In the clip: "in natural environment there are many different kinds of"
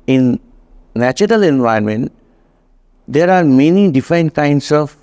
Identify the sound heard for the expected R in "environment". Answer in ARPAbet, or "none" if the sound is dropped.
none